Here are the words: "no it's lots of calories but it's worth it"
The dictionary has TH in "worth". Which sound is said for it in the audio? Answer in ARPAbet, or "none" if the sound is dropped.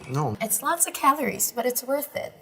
TH